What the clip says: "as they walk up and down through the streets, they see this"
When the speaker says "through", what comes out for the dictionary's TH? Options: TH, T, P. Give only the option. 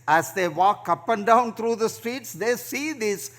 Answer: T